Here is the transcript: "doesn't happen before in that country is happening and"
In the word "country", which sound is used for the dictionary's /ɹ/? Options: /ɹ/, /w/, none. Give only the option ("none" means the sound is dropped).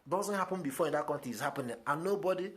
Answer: none